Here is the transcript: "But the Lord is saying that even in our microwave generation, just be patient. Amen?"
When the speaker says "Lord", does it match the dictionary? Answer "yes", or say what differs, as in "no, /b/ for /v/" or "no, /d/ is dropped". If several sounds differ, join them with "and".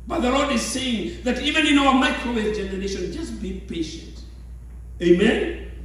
yes